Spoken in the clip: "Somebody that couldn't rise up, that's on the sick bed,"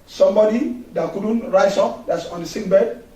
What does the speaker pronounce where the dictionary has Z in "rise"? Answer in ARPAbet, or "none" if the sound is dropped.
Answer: S